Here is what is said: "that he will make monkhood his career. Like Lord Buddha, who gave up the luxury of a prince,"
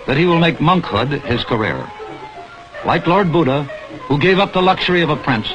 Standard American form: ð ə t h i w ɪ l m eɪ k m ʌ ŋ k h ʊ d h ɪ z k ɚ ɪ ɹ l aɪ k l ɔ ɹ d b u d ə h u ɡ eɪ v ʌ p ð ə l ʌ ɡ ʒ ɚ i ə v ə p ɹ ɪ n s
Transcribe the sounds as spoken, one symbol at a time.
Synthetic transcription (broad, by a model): ð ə t h i w ɪ l m eɪ k m ʌ ŋ k h ʊ d ɪ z k ɚ ɪ ɹ l aɪ k l ɔ ɹ d b u d ə h u ɡ eɪ v ʌ p ð ə l ʌ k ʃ ɚ i ə v ə p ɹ ɪ n s